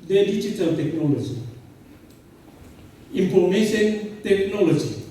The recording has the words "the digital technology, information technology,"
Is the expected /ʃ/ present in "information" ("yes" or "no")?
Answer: no